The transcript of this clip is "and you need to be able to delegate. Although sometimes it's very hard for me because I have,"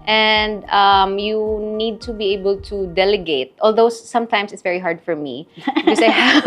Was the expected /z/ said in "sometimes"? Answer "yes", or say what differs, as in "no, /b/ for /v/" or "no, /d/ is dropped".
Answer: no, /s/ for /z/